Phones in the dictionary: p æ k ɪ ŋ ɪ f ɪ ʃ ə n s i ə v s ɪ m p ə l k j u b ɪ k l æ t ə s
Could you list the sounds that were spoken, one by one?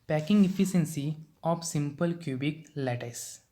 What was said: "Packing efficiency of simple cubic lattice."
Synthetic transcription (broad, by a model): p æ k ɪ ŋ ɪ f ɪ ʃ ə n s i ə p s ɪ m p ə l k j u b ɪ k l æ t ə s